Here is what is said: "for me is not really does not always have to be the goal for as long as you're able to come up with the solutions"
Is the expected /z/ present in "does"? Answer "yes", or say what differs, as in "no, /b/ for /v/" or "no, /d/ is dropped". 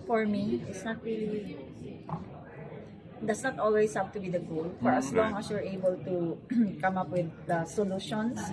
no, /s/ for /z/